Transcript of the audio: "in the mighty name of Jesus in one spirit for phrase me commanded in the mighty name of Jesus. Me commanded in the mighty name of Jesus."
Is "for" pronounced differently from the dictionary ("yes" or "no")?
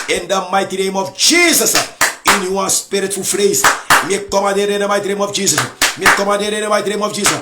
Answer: yes